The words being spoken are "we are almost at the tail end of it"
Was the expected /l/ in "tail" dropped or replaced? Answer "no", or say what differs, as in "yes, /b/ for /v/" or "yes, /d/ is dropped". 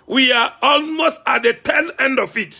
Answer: yes, /n/ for /l/